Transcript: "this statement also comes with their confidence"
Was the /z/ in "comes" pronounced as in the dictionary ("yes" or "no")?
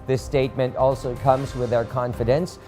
yes